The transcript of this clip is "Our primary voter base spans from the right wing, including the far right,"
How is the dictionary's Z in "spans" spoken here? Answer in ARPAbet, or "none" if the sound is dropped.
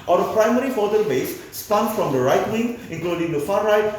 none